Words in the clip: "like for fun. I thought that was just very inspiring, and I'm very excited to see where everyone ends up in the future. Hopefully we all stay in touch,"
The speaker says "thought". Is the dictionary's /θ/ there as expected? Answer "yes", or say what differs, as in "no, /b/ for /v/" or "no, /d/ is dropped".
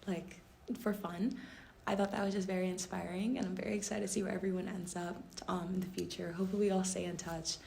yes